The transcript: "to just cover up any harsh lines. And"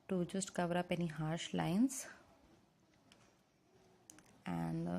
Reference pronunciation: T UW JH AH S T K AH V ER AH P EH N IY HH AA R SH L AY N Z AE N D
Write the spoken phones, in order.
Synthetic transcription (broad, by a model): T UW JH AH S T K AH V ER AH P EH N IY HH AA R SH L AY N S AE N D